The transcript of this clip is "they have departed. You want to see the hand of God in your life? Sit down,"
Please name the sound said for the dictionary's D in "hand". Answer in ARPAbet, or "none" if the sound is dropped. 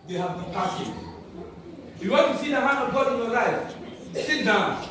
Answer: none